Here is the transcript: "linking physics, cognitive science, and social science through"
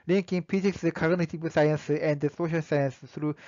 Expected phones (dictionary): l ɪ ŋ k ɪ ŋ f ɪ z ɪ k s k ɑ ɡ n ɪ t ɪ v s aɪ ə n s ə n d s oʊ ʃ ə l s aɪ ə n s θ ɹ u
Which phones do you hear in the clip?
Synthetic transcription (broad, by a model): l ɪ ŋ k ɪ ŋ p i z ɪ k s k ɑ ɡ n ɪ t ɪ p s aɪ ə n s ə n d s oʊ ʃ ə l s aɪ ə n s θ ɹ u